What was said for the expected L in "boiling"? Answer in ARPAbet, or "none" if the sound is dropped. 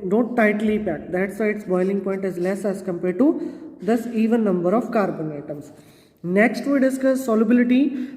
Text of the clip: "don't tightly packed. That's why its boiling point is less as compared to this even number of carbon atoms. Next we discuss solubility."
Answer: L